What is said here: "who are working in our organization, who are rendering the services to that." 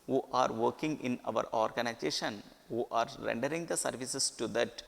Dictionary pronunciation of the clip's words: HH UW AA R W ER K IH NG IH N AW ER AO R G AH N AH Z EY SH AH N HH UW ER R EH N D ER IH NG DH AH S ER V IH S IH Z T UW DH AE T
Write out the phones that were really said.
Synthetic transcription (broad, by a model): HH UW AA R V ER K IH NG IH N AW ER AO R G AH N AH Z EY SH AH N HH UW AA R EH N D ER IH NG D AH S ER V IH S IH S T UW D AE T